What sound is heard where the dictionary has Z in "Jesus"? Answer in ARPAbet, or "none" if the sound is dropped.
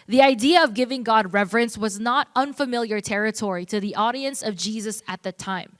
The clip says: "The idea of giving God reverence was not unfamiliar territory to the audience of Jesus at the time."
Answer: Z